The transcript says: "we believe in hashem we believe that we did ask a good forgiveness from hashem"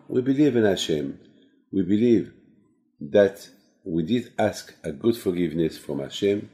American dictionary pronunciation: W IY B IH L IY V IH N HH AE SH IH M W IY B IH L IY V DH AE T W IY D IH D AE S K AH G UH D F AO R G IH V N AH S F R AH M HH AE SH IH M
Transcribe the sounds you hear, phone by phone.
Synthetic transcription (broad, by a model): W IY B IH L IY V IH N HH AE SH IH M W IY B IH L IY V DH AE T W IY D IH D AE S K AH G UH D F AO R G IH V N AH S F R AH M HH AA SH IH M